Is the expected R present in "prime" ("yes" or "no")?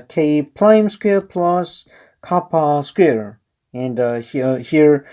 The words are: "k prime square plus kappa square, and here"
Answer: no